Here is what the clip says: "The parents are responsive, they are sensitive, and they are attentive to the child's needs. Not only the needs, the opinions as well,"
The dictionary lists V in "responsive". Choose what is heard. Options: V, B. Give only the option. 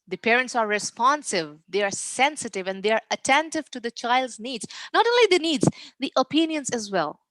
V